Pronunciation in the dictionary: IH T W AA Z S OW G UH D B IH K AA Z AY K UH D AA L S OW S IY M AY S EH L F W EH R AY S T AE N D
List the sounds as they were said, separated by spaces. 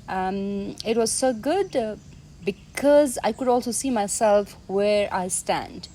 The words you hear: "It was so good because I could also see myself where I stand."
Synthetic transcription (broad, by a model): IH T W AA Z S OW G UH D B IH K AA Z AY K UH D AA L S OW S IY M AY S EH L F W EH R AY S T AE N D